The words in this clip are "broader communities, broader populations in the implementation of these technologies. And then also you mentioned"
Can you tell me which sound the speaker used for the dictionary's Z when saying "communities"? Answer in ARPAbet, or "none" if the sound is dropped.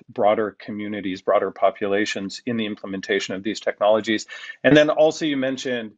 Z